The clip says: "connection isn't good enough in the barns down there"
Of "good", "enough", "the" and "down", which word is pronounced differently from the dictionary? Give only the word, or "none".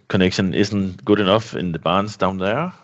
none